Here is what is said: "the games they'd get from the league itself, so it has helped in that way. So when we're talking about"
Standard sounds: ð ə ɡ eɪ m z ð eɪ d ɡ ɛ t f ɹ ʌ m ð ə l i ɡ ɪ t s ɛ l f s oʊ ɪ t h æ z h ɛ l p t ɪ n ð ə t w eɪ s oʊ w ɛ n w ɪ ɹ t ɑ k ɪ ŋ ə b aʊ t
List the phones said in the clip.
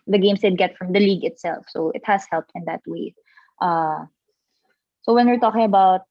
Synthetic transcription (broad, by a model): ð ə ɡ eɪ m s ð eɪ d ɡ ɛ t f ɹ ʌ m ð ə l i ɡ ɪ t s ɛ l f s oʊ ɪ t h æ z h ɛ l p t ɪ n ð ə t w eɪ s oʊ w ɛ n w ɪ ɹ t ɑ k ɪ ŋ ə b aʊ t